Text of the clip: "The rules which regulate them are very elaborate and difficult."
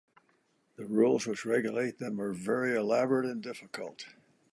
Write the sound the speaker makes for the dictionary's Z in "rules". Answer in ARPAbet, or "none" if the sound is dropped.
Z